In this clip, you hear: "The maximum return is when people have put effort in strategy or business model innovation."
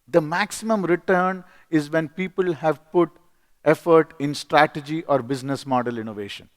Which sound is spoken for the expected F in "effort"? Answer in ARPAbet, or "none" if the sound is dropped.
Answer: F